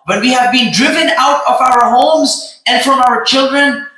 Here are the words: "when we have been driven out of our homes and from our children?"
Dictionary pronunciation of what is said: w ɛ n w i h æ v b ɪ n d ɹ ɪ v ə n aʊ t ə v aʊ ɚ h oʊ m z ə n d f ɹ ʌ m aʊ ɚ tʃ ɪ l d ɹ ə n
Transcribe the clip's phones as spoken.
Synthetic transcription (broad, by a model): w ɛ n w i h æ v b ɪ n d ɹ ɪ v ə n aʊ t ə v aʊ ɚ h oʊ m z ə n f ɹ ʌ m aʊ ɚ tʃ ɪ l d ɹ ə n